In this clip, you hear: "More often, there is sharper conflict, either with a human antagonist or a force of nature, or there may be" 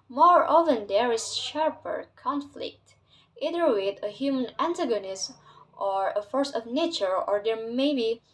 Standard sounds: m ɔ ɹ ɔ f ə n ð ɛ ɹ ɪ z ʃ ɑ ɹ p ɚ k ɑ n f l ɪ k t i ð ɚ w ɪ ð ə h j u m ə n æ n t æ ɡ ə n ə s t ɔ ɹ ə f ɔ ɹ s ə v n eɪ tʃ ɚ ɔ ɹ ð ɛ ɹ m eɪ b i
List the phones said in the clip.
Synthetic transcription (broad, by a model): m ɔ ɹ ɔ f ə n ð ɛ ɹ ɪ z ʃ ɑ ɹ p ɚ k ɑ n f l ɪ k t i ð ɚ w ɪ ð ə h j u m ə n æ n t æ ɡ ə n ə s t ɔ ɹ ə f ɔ ɹ s ə v n eɪ tʃ ɚ ɔ ɹ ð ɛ ɹ m eɪ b i